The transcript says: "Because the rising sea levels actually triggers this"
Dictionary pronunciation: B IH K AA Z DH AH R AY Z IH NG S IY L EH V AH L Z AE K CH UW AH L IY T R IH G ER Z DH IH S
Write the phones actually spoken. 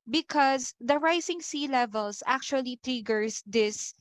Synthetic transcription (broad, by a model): B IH K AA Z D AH R AY S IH NG S IY L EH V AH L S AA K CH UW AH L IY T R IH G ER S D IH S